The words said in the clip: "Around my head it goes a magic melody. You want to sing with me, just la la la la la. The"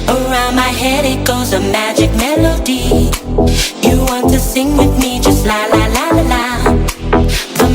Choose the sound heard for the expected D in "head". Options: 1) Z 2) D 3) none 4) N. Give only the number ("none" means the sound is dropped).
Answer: 2